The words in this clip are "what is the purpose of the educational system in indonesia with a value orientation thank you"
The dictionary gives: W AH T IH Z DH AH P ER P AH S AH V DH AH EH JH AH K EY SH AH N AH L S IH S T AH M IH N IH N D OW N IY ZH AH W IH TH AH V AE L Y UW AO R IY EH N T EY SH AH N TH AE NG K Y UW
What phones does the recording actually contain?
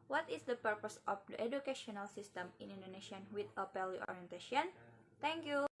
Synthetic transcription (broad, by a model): W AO T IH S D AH P ER P AH S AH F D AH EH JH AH K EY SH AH N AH L S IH S T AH M IH N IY N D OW N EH SH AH W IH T AH P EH L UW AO R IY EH N T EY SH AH N T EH NG K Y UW